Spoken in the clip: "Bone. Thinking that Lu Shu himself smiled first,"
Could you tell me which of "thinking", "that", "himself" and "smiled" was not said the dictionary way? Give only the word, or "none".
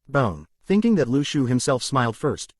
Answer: none